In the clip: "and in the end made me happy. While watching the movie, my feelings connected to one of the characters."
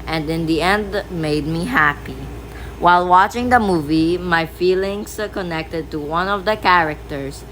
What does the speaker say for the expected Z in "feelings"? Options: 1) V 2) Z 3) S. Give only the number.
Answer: 3